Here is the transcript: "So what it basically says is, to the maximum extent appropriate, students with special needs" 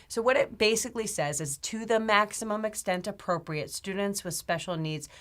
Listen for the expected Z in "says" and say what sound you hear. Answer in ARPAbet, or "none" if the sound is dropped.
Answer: Z